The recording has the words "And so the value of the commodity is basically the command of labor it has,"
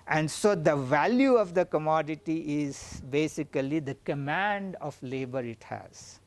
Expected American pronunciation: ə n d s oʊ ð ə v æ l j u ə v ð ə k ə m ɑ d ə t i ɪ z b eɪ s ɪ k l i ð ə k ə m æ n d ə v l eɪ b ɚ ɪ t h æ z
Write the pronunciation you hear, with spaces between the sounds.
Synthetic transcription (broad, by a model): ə n d s oʊ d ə v æ l j u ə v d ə k ə m ɑ d ə t i ɪ z b eɪ s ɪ k l i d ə k ə m æ n d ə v l eɪ b ɚ ɪ t h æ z